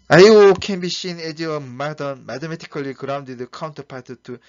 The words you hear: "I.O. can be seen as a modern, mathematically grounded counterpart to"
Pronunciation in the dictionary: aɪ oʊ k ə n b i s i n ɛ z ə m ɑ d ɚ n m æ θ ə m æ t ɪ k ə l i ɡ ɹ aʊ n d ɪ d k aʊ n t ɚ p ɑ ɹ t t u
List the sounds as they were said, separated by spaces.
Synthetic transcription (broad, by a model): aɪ oʊ k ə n b i ʃ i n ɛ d ə m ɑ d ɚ n m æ t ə m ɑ t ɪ k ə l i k ɹ aʊ n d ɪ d k aʊ n t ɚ p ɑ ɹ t t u